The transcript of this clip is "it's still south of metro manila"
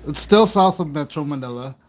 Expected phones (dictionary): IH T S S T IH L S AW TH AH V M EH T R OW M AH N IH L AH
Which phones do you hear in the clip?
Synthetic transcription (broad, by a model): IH T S S T IH L S AW TH AH V M EH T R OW M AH N IH L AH